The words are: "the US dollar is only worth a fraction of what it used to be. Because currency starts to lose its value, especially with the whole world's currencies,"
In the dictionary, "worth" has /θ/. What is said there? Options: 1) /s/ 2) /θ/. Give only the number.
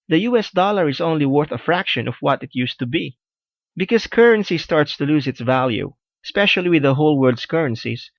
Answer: 2